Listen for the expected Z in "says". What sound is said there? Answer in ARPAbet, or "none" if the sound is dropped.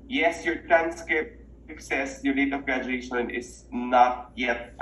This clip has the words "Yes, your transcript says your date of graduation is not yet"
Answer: S